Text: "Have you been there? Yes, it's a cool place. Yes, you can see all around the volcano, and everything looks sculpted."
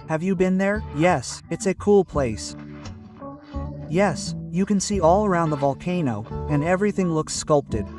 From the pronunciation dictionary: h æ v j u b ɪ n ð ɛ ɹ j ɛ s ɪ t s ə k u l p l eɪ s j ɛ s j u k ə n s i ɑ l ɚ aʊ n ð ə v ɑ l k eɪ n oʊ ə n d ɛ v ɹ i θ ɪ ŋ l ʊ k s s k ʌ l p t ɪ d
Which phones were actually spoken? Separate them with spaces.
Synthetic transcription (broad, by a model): h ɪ v j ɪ b ɪ n ð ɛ ɹ j ɛ s ɪ t s ə k u l p l eɪ s j ɛ s j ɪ k ə n s i ɑ l ɚ aʊ n ð ə v ɑ l k eɪ n oʊ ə n ɛ v ɹ i θ ɪ ŋ l ʊ k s s k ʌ l p t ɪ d